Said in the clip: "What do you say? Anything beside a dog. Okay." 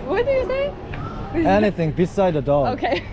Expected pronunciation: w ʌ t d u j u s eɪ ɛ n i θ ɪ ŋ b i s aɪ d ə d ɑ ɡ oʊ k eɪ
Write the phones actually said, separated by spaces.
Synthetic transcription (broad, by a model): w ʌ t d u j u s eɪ ɛ n i θ ɪ ŋ b i s aɪ d ə d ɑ oʊ k eɪ